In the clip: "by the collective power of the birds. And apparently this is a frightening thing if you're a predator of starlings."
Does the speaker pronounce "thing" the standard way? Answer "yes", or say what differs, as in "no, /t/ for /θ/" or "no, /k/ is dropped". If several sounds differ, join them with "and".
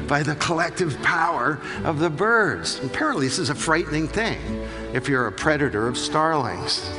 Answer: yes